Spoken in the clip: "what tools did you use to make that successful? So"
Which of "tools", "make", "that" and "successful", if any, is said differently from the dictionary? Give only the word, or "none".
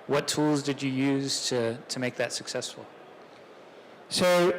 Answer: none